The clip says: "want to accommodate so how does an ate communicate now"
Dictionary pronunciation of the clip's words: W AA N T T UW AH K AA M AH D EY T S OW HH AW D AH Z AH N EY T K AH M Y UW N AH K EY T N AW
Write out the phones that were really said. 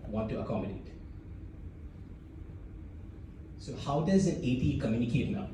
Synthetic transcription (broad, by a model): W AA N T T UW AH K AA M AH D EY T S OW HH AW D AH Z AH N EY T K AH M Y UW N AH K EY T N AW